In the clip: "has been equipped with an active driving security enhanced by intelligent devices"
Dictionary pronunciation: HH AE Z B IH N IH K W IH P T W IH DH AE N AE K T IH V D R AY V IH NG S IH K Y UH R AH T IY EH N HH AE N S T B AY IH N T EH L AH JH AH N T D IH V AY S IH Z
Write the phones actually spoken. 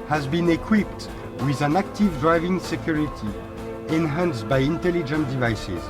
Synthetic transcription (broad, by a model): HH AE Z B IH N IH K W IH P T W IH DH AE N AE K T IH V D R AY V IH NG S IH K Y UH R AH T IY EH N HH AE N S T B AY IH N T EH L AH JH AH N T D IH V AY S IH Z